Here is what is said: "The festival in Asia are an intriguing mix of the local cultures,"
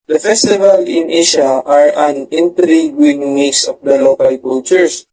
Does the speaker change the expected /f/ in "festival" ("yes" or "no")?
no